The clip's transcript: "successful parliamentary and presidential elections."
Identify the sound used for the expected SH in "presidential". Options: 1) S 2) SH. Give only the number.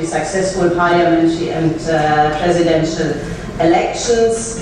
2